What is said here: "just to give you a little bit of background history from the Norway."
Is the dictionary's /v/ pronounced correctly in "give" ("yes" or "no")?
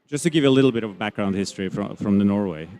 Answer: yes